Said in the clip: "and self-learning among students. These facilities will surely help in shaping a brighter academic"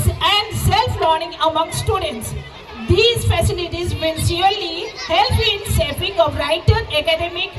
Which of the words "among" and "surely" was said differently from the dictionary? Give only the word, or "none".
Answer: surely